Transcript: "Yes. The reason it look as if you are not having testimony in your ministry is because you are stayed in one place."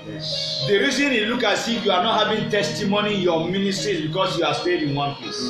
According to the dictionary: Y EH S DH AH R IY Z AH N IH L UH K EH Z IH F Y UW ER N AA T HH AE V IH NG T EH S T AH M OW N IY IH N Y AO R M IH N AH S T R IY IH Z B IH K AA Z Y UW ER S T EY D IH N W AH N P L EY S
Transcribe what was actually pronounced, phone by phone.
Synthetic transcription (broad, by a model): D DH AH R IY Z AH N IH L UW K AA S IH Y UW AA N AA T HH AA V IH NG T EH S T AH M OW N IY IH N Y AO M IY N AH S T R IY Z B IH K AA S Y UW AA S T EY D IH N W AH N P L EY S